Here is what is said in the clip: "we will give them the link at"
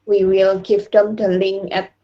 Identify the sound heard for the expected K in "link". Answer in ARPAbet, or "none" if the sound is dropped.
none